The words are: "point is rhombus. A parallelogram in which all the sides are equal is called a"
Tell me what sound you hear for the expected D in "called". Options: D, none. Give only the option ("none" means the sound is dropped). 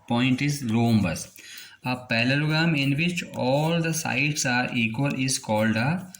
D